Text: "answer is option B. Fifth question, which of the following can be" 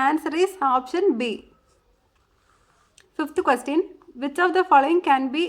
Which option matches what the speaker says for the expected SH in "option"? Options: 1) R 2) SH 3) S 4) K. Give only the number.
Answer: 2